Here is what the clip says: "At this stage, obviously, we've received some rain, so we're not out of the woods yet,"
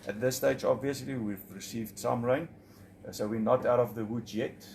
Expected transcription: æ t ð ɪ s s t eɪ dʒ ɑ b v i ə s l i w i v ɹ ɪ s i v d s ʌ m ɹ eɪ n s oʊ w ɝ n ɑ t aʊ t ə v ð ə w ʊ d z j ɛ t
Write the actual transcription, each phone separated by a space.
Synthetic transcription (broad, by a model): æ t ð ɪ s s t eɪ dʒ ɑ b v i ə s l i w i v ɹ ɪ s i v d s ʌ m ɹ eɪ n s oʊ w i n ɑ t aʊ t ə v ð ə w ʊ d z j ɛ t